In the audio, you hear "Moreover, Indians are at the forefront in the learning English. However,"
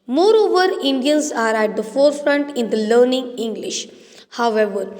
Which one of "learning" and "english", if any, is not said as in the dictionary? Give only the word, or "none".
none